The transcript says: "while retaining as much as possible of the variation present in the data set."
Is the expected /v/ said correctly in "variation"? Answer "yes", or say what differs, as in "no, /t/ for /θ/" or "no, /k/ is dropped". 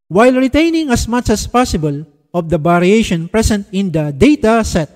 no, /b/ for /v/